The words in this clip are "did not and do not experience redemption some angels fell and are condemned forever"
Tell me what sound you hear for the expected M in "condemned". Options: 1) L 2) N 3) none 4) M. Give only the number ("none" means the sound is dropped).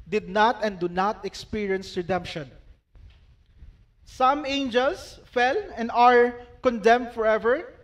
4